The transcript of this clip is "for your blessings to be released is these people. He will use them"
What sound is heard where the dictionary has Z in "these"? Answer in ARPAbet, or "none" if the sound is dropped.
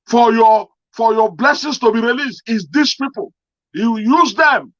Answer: S